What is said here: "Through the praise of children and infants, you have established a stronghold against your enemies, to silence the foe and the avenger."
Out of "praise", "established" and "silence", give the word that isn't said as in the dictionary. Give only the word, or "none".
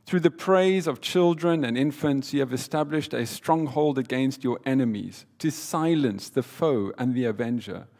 none